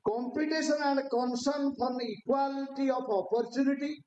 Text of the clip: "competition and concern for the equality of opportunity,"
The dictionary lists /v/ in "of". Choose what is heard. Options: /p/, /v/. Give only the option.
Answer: /p/